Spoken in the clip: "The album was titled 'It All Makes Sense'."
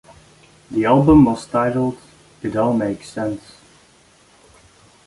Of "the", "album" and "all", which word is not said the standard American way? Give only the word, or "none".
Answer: all